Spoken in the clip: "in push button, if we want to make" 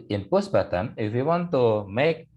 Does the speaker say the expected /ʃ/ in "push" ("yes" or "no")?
no